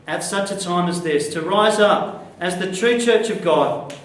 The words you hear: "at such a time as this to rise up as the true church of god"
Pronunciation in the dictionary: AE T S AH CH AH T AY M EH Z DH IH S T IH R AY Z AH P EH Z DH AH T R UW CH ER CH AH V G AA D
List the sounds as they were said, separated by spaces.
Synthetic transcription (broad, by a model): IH T S AH CH AH T AY M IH Z DH IH S T IH R AY Z AH P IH Z DH AH T R UW CH ER CH AH V G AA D